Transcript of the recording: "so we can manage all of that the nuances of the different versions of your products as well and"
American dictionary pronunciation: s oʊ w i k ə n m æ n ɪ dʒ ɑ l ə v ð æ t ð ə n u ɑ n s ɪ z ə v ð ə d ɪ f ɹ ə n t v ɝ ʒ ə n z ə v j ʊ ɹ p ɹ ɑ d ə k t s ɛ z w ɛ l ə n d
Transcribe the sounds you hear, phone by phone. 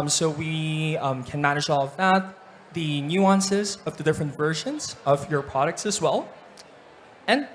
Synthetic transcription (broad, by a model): s oʊ w i k ə n m æ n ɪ dʒ ɑ l ə v ð æ t ð ə n u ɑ n s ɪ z ə v ð ə d ɪ f ɹ ə n t v ɝ ʒ ə n z ə v j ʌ ɹ p ɹ ɑ d ə k t s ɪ z w ɛ l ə n